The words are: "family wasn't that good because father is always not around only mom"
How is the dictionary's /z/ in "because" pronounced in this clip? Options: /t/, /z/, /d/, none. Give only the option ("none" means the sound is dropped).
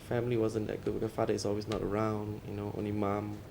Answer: none